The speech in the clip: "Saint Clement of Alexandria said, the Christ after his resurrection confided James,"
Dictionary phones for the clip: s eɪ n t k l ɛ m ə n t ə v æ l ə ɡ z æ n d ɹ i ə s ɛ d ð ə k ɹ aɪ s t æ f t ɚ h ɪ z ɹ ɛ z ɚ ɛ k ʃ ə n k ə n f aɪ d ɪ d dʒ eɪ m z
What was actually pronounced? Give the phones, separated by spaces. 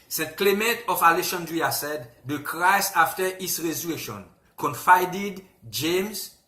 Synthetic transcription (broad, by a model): s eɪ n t k l ɛ m ə n t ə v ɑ l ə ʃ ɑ n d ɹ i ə s ɛ d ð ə k ɹ aɪ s ɑ f t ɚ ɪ s ɹ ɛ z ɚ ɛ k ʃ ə n k ə n f aɪ d ɪ d dʒ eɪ m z